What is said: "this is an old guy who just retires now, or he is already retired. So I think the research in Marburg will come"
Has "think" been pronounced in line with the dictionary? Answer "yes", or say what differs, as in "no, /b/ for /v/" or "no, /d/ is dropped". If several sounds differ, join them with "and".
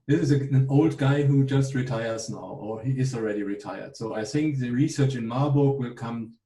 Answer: yes